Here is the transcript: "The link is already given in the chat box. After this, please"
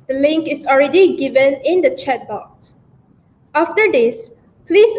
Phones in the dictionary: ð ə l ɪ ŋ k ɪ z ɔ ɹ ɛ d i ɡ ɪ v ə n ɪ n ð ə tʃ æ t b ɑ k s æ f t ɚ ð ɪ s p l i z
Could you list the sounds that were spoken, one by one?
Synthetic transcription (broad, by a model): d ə l ɪ ŋ k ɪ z ɔ ɹ ɛ d i ɡ ɪ v ə n ɪ n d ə tʃ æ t b ɑ k s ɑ f t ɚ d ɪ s p l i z